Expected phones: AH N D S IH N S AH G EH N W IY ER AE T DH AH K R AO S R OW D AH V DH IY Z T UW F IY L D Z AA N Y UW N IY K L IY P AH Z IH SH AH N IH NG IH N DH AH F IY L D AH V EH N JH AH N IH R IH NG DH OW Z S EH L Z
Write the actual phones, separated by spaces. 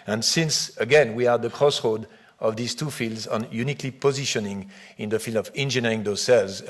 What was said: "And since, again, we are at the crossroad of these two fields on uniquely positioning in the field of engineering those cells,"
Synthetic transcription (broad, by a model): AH N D S IH N S AH G EH N W IY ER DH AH K R AO S R OW D AH V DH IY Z T UW F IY L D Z AA N Y UW N IY K L IY P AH Z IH SH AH N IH NG IH N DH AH F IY L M AH V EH N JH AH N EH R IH NG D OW S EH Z